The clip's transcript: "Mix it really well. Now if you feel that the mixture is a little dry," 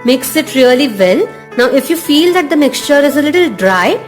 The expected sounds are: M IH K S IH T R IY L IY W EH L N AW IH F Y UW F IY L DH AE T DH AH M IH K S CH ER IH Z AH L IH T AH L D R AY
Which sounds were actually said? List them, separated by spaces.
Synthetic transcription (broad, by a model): M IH K S IH T R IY L IY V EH L N AW IH F Y UW F IY L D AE T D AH M IH K S CH ER IH Z AH L IH T AH L D R AY